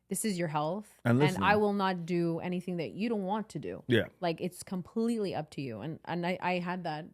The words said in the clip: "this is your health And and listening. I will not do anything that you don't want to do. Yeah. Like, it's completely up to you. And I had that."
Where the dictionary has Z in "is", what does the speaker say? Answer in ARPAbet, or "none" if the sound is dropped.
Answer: Z